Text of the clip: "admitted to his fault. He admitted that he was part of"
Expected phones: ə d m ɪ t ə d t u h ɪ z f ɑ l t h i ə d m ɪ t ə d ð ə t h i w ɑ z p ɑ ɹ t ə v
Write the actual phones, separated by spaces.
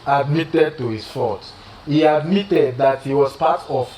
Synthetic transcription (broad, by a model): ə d m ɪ t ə d t u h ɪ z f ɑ t h i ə d m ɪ t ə d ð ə t h i w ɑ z p ɑ t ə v